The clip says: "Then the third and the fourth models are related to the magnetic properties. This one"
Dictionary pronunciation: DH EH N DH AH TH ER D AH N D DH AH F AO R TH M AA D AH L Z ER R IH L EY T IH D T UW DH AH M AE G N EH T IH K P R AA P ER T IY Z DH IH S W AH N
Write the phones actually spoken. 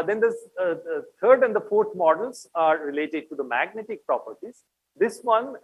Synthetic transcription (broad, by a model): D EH N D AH T ER D AH N D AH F AO R T M AA D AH L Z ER R IH L EY T IH D T UW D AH M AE G N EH T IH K P R AA P ER T IY Z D IH S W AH N